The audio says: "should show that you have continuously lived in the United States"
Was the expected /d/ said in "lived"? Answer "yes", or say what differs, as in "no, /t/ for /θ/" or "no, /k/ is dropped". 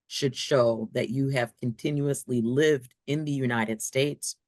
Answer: yes